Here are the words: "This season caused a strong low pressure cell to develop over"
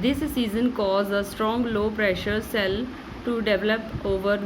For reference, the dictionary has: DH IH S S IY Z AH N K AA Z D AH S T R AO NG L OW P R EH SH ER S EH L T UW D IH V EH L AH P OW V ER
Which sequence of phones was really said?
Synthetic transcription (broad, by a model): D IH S S IY Z AH N K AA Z AH S T R AO NG L OW P R EH SH ER S EH L T UW D IH V EH L AH P OW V ER